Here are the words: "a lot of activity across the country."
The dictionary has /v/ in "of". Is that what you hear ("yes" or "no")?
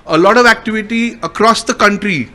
yes